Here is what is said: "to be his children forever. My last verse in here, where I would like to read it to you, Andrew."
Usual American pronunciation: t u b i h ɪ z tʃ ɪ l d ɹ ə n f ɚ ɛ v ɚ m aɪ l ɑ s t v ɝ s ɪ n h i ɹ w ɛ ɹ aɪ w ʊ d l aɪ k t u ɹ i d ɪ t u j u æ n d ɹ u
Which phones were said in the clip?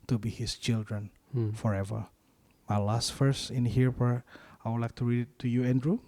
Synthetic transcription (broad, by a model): t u b i h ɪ s tʃ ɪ l d ɹ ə n f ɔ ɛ v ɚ m aɪ l ɑ s t f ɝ s ɪ n h i ɹ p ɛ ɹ aɪ w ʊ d l aɪ k t u ɹ i d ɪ t u j u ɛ n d ɹ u